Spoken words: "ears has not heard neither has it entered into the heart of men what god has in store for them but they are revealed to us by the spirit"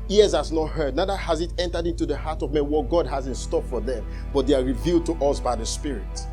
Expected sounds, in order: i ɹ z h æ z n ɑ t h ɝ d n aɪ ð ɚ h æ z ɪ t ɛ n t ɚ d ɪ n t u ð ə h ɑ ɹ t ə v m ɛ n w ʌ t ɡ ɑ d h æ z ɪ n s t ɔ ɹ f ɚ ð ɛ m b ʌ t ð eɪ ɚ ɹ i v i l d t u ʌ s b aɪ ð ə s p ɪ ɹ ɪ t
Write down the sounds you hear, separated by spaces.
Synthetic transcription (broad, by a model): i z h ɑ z n ɑ t h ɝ d n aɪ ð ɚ h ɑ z ɪ t ɛ n t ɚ d ɪ n t u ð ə h ɑ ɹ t ə v m ɛ n w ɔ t ɡ ɑ d h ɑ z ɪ n s t ɔ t f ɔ ð ɛ m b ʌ t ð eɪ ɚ ɹ i v i l d t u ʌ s b aɪ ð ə s p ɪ ɹ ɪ t